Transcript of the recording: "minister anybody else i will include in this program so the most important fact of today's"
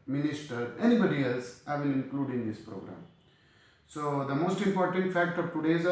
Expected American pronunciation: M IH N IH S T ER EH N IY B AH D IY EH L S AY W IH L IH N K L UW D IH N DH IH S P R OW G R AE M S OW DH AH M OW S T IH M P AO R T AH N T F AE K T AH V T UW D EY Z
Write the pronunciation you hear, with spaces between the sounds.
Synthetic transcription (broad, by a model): M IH N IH S T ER EH N IY B AH D IY EH L S AY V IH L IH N K L UW D IH N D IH S P R OW G R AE M S OW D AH M OW S T IH M P AO R T AH N T F AE K T AH V T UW D EY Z